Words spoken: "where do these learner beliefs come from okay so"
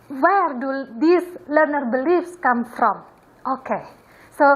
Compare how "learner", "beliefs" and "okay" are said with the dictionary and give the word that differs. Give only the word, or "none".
none